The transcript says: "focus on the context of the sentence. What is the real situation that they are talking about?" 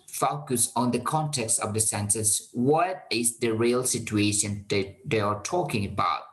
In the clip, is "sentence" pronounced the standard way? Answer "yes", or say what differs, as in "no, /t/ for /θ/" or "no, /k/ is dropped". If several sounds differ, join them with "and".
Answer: no, /s/ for /t/ and /n/ is dropped